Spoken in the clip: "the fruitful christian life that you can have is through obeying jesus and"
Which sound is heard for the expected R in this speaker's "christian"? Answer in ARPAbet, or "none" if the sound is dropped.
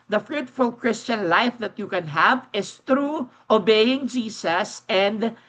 R